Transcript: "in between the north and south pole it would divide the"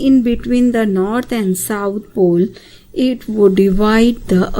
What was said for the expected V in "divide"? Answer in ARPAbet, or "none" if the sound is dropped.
V